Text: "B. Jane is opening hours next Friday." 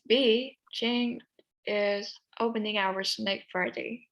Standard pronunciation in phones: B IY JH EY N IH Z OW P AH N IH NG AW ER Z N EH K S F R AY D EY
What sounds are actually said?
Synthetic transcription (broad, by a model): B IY CH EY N IH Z OW P AH N IH NG AW ER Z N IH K F R AY D EY